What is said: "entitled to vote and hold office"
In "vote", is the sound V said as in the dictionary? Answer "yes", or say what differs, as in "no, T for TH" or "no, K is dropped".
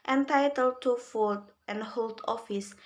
no, F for V